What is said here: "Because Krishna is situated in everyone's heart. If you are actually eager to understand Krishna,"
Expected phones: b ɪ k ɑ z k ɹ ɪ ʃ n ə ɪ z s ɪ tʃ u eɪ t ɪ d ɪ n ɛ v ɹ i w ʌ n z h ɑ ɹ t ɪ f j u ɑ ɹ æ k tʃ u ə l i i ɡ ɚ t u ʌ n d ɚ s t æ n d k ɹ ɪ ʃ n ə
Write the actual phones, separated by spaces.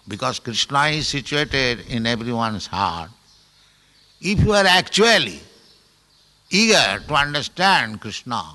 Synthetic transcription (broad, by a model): b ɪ k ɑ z k ɹ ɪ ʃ n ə ɪ z s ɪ tʃ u eɪ t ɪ d ɪ n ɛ b ɹ i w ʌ n s h ɑ ɹ t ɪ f j u ɑ ɹ æ k tʃ u ə l i i ɡ ɚ t u ʌ n d ɚ s t æ n d k ɹ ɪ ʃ n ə